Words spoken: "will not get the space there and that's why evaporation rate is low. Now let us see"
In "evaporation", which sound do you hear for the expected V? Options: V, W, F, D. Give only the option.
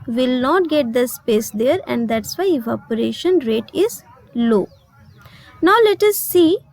F